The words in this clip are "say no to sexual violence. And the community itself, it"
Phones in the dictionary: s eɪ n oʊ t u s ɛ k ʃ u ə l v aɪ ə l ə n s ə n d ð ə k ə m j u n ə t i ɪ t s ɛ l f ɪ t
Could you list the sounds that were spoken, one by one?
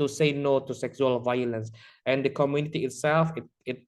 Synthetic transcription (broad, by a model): s eɪ n oʊ t u s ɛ k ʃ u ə l v aɪ ə l ə n s ə n d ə k ə m j u n ə t i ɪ t s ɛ l f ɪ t